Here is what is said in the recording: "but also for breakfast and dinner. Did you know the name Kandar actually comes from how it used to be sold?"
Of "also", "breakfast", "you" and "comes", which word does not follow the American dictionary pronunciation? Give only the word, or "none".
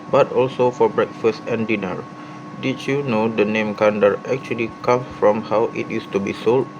comes